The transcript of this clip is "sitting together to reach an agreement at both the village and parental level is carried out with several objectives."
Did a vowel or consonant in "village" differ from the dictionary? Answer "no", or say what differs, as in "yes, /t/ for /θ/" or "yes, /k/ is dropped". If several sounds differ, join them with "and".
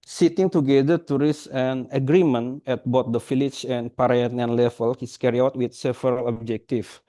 yes, /f/ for /v/ and /tʃ/ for /dʒ/